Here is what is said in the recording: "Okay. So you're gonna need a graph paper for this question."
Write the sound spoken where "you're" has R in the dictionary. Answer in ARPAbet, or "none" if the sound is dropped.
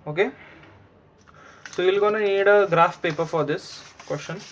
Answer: L